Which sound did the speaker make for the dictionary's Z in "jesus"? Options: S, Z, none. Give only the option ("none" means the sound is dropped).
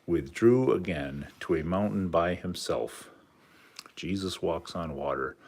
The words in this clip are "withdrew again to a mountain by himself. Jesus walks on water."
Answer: Z